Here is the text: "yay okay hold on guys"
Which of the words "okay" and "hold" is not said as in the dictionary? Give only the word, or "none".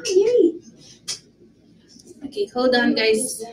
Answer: hold